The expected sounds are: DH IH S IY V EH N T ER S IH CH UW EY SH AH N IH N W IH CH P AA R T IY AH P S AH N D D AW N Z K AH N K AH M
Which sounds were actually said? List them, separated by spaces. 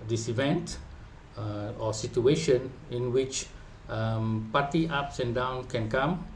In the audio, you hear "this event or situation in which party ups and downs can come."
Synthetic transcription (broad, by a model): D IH S IY V EH N T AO S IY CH UW EY SH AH N IH N W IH CH P AA T IY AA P S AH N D D AW N K AH N K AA M